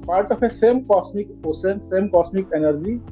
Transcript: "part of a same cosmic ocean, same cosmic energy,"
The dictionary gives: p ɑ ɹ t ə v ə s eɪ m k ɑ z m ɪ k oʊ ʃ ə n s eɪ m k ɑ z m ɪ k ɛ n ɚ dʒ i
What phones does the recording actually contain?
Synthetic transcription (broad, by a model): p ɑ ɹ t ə f ə s eɪ m k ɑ s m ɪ k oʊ s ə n s eɪ m k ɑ s m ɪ k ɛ n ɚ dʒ i